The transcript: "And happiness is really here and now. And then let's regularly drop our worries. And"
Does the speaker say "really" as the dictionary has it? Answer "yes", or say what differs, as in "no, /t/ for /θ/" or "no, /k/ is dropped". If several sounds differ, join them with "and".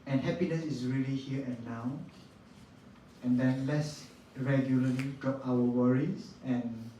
yes